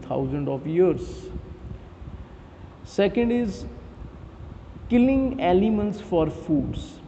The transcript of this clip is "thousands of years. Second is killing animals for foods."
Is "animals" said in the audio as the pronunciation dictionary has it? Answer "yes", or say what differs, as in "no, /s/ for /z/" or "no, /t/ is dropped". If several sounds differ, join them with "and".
no, /l/ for /n/